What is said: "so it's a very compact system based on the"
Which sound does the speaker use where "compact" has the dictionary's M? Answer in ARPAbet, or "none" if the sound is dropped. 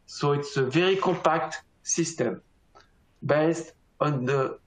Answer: none